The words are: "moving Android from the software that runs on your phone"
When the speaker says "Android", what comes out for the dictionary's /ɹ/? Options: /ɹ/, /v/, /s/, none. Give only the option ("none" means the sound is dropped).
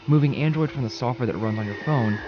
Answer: /ɹ/